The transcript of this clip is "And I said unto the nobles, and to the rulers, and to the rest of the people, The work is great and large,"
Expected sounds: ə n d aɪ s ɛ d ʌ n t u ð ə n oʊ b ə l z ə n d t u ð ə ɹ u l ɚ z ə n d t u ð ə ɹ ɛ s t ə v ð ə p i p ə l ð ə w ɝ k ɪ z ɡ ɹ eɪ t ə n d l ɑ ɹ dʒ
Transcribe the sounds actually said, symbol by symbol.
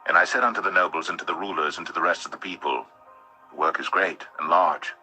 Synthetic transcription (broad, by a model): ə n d aɪ s ɛ d ʌ n t u ð ə n oʊ b l z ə n t u ð ə ɹ u l ɚ z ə n t u ð ə ɹ ɛ s t ə v ð ə p i p ə l ð ə w ɝ k ɪ z ɡ ɹ eɪ t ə n l ɑ ɹ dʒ